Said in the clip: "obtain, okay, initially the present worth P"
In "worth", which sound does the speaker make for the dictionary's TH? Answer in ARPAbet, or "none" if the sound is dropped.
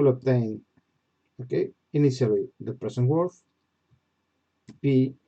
F